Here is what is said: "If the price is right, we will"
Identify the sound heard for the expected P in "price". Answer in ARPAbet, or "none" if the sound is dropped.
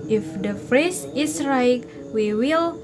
F